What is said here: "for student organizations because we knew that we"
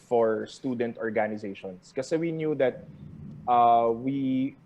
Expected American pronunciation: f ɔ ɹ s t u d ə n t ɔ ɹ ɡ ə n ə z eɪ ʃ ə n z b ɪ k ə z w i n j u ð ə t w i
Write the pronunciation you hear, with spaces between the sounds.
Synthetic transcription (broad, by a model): f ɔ ɹ s t u d ə n t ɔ ɹ ɡ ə n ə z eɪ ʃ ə n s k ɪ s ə w i n j u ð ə t w i